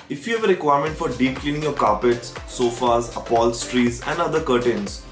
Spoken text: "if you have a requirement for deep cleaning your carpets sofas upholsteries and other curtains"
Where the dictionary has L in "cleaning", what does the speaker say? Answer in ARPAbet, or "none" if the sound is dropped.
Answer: L